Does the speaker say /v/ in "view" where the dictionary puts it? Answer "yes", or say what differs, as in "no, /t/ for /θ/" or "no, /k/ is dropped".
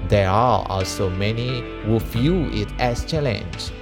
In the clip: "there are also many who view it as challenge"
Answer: no, /f/ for /v/